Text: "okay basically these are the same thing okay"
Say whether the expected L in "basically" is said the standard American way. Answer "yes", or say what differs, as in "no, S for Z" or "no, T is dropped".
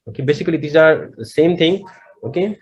yes